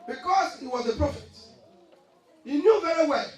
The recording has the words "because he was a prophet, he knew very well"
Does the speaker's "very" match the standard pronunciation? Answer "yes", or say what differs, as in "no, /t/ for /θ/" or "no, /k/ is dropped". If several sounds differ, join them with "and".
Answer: yes